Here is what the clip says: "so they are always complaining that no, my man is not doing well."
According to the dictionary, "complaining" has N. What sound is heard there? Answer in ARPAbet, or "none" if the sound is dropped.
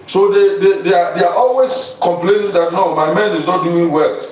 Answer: N